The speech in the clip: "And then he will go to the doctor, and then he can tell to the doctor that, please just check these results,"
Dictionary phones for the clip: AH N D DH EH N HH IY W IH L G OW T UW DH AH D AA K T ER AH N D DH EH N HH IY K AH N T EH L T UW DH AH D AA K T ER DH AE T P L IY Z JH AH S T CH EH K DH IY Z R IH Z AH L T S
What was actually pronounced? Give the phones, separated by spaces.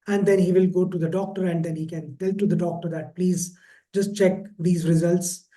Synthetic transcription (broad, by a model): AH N D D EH N HH IY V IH L G OW T UW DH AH D AA K T ER AH N D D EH N HH IY K AH N T EH L T UW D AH D AA K T ER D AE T P L IY Z JH AH S T CH EH K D IY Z R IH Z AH L T S